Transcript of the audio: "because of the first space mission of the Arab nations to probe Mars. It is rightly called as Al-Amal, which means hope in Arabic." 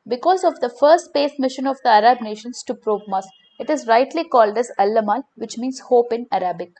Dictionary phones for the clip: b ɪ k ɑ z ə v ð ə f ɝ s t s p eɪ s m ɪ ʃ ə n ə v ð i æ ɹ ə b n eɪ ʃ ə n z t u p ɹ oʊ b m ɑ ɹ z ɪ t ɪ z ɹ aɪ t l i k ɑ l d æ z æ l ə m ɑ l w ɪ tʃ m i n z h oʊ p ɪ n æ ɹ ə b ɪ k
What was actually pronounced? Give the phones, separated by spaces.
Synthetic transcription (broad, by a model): b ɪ k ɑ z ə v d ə f ɝ s t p eɪ s m ɪ ʃ ə n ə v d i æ ɹ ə b n eɪ ʃ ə n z t u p ɹ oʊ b m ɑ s ɪ t ɪ z ɹ aɪ t l i k ɑ l d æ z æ l ə m ɑ l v ɪ tʃ m i n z h oʊ p ɪ n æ ɹ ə b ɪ k